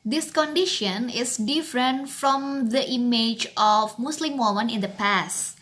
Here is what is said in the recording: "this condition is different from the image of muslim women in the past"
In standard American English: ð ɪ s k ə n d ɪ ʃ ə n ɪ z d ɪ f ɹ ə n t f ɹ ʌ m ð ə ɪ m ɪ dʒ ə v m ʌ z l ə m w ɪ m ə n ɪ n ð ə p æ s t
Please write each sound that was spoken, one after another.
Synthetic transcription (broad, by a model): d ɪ s k ə n d ɪ ʃ ə n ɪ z d ɪ f ɹ ə n t f ɹ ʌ m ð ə ɪ m ɪ dʒ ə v m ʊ s l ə m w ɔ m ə n ɪ n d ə p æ s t